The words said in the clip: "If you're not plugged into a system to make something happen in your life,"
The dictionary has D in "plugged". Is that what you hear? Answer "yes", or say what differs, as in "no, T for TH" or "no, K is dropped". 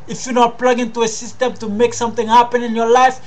no, D is dropped